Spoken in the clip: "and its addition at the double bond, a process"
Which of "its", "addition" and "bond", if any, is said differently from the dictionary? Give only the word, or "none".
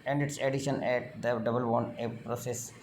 bond